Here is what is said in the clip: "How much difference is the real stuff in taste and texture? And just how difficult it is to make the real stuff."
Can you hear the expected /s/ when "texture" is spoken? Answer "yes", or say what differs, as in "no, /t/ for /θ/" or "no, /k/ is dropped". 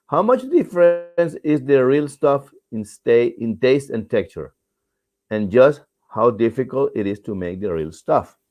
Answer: no, /s/ is dropped